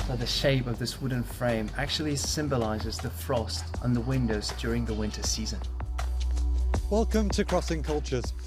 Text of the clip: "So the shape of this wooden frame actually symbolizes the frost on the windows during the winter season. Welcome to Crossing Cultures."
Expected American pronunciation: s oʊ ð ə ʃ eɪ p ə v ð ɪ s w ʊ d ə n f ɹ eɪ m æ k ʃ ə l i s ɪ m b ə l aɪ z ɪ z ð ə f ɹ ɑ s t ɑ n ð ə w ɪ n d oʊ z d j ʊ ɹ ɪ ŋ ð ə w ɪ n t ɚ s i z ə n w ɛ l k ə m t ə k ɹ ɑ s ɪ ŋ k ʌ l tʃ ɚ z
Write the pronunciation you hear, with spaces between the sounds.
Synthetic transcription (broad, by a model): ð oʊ ð ə ʃ eɪ p ə v ð ɪ s w ʊ d n f ɹ eɪ m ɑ k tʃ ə l i s ɪ m b ə l aɪ z ɪ z ð ə f ɹ ɑ s t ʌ n ð ə w ɪ n d oʊ z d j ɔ ɹ ɪ ŋ ð ə w ɪ n t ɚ s i z ə n w ɛ l k ə m t ə k ɹ ɑ s ɪ ŋ k ʌ l tʃ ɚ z